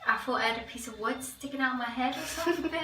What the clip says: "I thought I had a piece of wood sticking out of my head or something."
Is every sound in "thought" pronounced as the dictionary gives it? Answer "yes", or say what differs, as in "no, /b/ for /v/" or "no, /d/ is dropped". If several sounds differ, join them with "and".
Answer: no, /f/ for /θ/